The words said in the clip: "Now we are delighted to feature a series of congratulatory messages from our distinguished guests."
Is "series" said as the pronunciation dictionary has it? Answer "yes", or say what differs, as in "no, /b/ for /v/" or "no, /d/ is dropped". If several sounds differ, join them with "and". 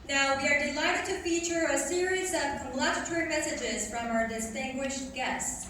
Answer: yes